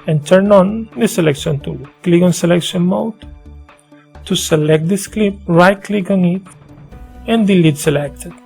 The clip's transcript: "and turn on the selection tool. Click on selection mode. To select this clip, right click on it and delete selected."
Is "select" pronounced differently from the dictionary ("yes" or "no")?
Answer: no